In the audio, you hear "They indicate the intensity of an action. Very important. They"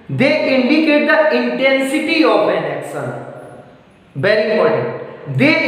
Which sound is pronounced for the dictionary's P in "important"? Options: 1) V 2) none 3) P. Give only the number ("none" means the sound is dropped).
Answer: 2